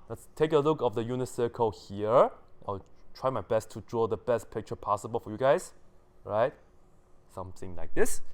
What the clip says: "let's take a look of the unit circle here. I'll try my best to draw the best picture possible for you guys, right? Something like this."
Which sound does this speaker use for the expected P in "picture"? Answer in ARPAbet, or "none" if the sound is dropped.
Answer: P